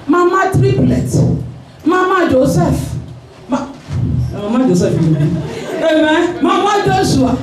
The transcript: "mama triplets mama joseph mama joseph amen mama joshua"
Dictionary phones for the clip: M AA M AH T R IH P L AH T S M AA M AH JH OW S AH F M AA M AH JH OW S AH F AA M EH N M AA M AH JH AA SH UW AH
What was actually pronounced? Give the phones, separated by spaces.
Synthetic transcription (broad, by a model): M AA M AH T R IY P L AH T M AA M AH JH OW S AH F M AA M AH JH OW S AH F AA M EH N M AA M AH JH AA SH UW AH